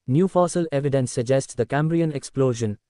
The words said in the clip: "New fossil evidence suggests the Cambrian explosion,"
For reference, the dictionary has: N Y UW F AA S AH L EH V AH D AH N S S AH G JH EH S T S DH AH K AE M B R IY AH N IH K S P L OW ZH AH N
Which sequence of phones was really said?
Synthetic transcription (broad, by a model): N Y UW F AA S AH L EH V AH D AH N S S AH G JH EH S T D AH K AE M B R IY AH N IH K S P L OW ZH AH N